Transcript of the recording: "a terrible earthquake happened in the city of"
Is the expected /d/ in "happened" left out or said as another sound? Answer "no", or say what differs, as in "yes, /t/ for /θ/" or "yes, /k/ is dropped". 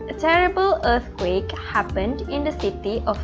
no